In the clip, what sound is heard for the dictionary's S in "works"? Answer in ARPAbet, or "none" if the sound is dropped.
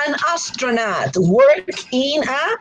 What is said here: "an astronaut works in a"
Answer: none